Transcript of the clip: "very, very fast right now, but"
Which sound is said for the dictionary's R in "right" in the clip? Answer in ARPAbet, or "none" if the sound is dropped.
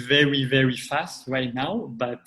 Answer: W